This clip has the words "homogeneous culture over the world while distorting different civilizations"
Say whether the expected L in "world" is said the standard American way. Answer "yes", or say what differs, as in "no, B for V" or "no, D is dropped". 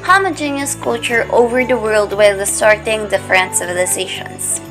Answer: yes